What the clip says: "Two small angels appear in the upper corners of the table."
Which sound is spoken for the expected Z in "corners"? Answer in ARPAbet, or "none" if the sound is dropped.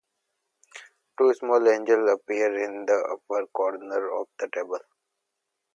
none